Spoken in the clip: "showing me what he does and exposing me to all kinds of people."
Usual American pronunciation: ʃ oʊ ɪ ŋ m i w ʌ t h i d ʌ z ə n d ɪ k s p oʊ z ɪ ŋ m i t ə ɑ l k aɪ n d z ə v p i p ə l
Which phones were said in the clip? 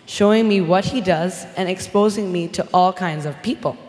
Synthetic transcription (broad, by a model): ʃ oʊ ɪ ŋ m i w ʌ t h i d ʌ z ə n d ɪ k s p oʊ z ɪ ŋ m i t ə ɑ l k aɪ n d z ə v p i p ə l